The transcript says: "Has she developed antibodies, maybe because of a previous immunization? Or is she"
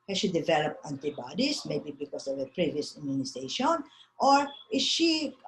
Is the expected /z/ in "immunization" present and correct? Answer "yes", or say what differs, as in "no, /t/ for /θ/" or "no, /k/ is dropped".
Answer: no, /s/ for /z/